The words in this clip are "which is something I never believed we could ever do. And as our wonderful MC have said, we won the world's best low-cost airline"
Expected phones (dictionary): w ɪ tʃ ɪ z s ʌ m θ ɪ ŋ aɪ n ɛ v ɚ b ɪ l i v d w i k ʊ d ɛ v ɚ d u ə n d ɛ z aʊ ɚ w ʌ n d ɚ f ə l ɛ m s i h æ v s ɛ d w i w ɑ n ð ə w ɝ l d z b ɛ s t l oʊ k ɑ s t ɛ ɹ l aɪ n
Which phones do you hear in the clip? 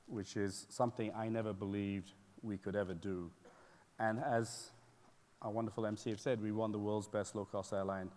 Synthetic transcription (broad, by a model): w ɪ tʃ ɪ z s ʌ m θ ɪ ŋ aɪ n ɛ v ɚ b ɪ l i v d w i k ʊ d ɛ v ɚ d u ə n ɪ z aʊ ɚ w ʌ n d ɚ f l ɛ m s i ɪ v s ɛ d w i w ɑ n ð ə w ɝ l d z b ɛ s t l oʊ k ɑ s t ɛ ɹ l aɪ n